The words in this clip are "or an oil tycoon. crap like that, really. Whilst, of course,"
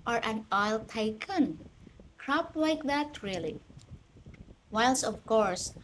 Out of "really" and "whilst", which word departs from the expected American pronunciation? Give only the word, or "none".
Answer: whilst